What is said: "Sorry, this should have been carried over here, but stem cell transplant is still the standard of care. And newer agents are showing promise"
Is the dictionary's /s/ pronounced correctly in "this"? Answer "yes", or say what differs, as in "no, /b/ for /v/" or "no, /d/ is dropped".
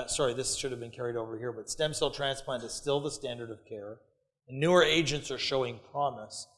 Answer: yes